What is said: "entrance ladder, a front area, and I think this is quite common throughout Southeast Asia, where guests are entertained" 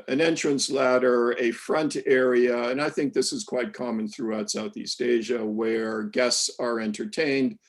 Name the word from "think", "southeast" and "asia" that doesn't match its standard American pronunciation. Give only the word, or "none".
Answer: none